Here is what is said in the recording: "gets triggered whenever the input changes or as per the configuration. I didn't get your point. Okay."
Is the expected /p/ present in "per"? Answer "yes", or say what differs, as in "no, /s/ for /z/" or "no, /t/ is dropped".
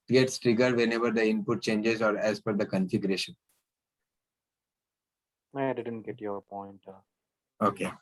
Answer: no, /f/ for /p/